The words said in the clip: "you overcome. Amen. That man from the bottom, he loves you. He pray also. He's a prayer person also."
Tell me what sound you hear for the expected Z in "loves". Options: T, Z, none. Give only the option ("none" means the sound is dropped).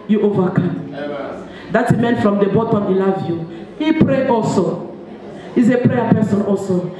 none